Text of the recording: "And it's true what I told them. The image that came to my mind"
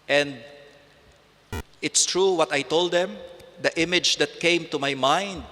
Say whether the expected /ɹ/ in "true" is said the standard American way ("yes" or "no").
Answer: yes